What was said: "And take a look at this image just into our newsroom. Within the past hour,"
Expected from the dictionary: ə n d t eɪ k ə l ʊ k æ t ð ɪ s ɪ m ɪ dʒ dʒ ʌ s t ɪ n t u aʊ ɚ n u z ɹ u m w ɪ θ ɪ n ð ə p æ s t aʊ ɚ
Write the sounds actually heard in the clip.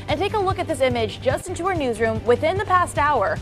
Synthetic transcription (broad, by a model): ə n t eɪ k ə l ʊ k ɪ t ð ɪ s ɪ m ɪ dʒ dʒ ʌ s t ɪ n t u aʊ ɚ n u z ɹ u m w ɪ θ ɪ n ð ə p æ s t aʊ ɚ